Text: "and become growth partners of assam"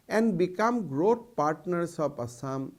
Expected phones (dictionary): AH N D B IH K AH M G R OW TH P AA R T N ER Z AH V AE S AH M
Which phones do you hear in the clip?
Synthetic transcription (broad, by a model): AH N D B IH K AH M G R OW T P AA R T N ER S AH P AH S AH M